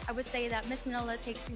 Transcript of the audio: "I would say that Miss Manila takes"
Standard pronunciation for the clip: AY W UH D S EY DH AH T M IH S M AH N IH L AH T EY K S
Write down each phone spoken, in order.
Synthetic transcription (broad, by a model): AY W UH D S EY DH AH T M IH S M AH N IH L AH T EY K S